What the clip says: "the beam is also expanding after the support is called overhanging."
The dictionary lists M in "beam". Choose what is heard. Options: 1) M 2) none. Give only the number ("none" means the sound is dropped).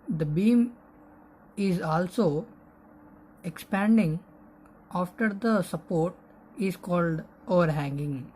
1